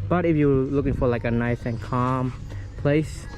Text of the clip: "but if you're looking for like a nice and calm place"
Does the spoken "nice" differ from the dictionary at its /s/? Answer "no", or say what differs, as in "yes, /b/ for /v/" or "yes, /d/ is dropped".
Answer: no